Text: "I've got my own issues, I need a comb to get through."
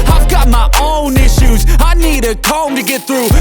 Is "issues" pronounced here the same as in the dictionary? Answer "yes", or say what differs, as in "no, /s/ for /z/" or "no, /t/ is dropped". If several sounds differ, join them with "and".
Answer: yes